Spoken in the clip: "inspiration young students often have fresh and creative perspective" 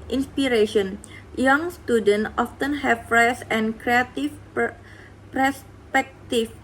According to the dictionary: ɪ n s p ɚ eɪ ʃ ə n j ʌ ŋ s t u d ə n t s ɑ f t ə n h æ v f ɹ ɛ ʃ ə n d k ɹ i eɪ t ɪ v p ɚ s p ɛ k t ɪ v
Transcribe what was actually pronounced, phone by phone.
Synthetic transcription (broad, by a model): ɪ n s p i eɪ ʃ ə n j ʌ ŋ s t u d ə n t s ɑ f t ə n h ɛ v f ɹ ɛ s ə n k ɹ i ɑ t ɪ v p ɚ s p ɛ k t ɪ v